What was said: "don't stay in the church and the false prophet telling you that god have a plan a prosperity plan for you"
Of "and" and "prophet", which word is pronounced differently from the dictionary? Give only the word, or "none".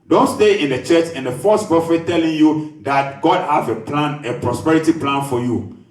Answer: prophet